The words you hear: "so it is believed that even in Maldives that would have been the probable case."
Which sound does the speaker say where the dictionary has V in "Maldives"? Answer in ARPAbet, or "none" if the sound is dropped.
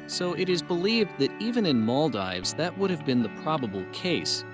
V